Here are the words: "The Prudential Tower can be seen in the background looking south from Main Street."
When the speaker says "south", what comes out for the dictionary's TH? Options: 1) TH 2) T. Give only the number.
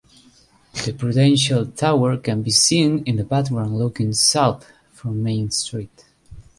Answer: 1